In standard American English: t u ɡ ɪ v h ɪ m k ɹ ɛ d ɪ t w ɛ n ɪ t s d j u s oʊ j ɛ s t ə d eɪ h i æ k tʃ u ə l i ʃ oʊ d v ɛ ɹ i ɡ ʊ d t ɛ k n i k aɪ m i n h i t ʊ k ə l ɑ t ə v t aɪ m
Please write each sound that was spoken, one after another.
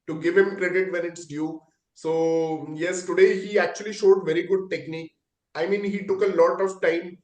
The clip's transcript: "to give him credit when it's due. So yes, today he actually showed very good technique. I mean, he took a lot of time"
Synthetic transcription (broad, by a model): t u ɡ ɪ v h ɪ m k ɹ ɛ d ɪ t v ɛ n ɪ t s d j u s oʊ j ɛ s t ə d eɪ h i æ k tʃ u ə l i ʃ oʊ d v ɛ ɹ i ɡ ʊ d t ɛ k n i k aɪ m i n h i t ʊ k ə l ɑ t ə v t aɪ m